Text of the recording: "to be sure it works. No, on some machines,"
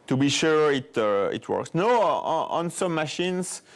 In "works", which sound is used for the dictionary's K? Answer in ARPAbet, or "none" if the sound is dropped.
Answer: K